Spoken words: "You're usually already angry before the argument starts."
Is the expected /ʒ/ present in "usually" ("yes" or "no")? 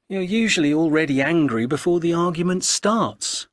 yes